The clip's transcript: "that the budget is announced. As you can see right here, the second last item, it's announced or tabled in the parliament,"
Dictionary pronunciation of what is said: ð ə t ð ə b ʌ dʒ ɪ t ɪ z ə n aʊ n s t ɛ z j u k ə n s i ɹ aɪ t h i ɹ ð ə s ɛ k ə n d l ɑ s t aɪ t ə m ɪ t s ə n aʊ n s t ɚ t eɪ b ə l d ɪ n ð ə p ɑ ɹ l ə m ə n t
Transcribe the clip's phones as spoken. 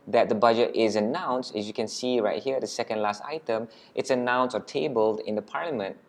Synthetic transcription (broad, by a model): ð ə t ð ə b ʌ dʒ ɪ t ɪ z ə n aʊ n s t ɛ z j u k ə n s i ɹ aɪ t h i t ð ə s ɛ k ə n d l ɑ s t aɪ t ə m ɪ t s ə n aʊ n s ɚ t eɪ b ə l d ɪ n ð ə p ɑ ɹ l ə m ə n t